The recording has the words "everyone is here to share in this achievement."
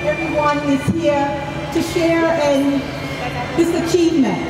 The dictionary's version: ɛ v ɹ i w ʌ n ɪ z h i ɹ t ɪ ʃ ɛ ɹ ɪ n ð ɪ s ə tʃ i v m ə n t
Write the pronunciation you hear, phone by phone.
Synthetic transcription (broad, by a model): ɛ v ɹ i w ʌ n ɪ z h i ɹ t ɪ ʃ ɛ ɹ ɪ n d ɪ s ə tʃ i v m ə n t